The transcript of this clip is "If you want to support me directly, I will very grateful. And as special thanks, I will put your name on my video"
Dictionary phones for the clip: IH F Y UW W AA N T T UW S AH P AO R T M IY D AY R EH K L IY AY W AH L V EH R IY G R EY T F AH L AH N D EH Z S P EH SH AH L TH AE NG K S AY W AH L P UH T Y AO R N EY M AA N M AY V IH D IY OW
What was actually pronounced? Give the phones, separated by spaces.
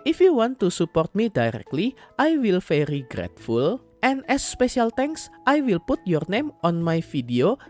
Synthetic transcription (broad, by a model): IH F Y UW W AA N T T UW S AH P AO R T M IY D AY R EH K L IY AY W AH L F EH R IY G R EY T F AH L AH N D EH S P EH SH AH L T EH NG K S AY W AH L P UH T Y AO R N EY M AA N M AY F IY D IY OW